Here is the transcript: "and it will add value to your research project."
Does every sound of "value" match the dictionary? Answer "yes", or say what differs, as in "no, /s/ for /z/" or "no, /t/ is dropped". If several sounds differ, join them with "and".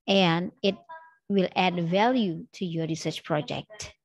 yes